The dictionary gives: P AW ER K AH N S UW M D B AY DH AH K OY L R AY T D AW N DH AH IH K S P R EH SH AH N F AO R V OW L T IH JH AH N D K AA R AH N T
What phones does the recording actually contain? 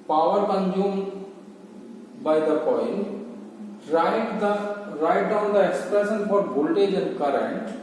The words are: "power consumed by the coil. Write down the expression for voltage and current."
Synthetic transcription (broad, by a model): P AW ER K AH N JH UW M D B AY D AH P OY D R AY T D AW N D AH IH K S P R EH SH AH N F AO R B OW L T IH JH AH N K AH R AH N T